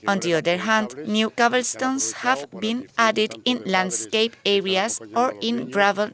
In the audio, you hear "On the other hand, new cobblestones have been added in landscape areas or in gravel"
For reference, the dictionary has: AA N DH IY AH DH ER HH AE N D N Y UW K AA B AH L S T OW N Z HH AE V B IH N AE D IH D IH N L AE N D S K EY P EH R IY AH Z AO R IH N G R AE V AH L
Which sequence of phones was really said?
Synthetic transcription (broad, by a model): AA N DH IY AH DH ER HH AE N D N Y UW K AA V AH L S T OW N S HH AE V B IH N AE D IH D IH N L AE N D S K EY P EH R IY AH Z AO R IH N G R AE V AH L